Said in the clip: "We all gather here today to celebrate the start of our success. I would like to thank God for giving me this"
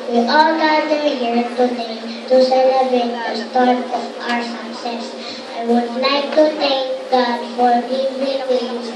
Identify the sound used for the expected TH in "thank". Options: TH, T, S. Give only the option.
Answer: T